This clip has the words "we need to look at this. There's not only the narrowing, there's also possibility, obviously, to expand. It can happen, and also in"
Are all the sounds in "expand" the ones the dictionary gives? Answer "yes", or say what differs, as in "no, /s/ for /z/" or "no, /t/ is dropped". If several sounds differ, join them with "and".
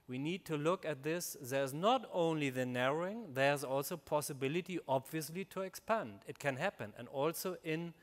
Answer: yes